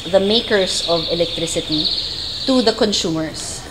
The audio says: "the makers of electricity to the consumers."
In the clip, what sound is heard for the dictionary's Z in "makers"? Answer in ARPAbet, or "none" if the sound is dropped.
S